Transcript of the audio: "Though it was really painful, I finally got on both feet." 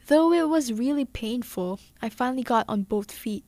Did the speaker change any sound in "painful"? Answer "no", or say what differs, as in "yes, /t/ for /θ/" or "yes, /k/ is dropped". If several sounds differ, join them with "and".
no